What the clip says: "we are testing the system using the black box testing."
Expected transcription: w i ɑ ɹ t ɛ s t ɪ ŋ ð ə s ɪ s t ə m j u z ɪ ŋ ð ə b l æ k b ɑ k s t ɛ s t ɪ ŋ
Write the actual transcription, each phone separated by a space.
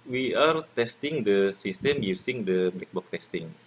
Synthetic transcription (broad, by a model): w i ɑ ɹ t ɛ s t ɪ ŋ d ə s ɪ s t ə m j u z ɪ ŋ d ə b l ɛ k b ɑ k t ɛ s t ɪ ŋ